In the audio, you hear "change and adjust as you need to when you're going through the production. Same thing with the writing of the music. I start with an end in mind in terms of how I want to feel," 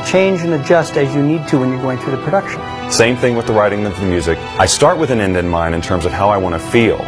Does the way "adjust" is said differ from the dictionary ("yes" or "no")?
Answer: no